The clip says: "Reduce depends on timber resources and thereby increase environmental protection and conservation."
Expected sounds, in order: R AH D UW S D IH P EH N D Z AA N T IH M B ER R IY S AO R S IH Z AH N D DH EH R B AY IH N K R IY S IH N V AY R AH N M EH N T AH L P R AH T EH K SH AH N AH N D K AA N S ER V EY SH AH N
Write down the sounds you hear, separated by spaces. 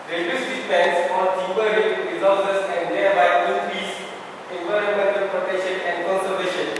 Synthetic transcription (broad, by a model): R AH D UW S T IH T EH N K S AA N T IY B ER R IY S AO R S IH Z AH N D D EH R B AY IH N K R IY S IH N V AY R AH N M EH N T AH L P R AH T EH K SH AH N AH N D K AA N S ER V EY SH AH N